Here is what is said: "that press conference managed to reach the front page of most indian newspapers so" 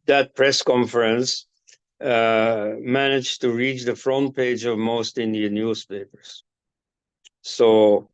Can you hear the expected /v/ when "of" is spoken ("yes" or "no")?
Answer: yes